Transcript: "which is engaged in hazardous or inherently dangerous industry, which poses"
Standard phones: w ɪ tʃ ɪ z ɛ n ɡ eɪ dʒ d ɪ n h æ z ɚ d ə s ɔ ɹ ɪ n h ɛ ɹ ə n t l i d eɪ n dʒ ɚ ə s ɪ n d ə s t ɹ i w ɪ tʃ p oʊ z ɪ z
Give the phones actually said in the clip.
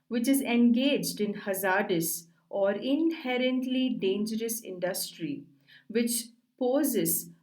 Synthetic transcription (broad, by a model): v ɪ tʃ ɪ z ɛ n ɡ eɪ dʒ d ɪ n h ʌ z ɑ d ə s ɔ ɹ ɪ n h ɛ ɹ ə n t l i d eɪ n dʒ ɚ ə s ɪ n d ə s t ɹ i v ɪ tʃ p oʊ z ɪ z